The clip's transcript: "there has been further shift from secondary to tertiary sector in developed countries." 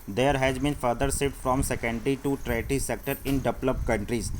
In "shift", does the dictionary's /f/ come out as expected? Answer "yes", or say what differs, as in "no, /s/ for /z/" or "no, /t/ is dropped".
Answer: no, /f/ is dropped